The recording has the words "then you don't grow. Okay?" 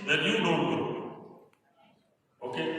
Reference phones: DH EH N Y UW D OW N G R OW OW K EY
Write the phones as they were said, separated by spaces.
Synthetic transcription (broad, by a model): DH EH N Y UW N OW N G OW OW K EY